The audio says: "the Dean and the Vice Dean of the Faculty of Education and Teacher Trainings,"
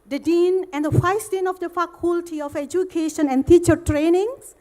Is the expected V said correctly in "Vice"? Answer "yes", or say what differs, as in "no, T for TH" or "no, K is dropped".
no, F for V